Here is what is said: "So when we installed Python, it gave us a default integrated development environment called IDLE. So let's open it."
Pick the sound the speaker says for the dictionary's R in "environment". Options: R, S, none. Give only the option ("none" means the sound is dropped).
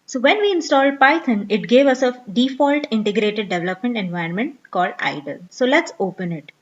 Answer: none